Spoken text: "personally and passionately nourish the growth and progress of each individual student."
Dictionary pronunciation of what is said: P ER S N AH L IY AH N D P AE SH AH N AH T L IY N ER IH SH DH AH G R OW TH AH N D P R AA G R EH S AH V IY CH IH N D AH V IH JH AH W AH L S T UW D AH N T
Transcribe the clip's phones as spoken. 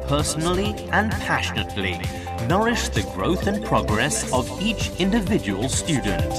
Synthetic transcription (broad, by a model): P ER S N L IY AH N P AE SH AH N AH T L IY N ER IH SH DH AH G R OW TH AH N P R AA G R EH S AH V IY CH IH N D AH V IH JH AH W AH L S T UW D N T